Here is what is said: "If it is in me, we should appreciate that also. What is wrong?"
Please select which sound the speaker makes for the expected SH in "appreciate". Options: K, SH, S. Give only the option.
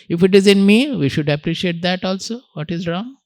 SH